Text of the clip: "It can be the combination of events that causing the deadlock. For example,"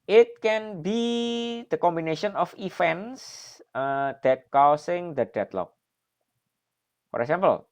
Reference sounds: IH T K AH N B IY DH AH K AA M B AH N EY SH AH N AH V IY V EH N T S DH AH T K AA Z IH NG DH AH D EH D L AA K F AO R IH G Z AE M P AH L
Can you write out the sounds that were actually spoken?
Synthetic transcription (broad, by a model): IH T K AH N B IY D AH K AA M B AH N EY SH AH N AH F IY F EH N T S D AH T K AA S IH NG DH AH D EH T L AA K F AO R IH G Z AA M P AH L